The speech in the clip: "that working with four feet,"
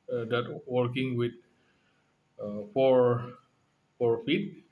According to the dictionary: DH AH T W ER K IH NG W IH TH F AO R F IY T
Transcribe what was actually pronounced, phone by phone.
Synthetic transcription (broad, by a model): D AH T W ER K IH NG W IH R F AO R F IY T